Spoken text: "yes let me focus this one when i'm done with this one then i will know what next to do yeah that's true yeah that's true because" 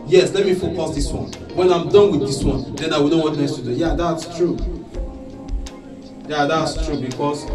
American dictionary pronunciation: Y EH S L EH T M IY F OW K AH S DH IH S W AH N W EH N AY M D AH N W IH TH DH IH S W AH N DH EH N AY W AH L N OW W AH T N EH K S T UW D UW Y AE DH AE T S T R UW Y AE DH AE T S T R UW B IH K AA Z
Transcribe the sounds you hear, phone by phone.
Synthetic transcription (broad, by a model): Y EH S L EH T M IY F OW K AH S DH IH S W AH N W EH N AY M D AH N W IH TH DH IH S W AH N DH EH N AY W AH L N OW W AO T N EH S T UW D UW Y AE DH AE T S T R UW Y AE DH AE T S T R UW B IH K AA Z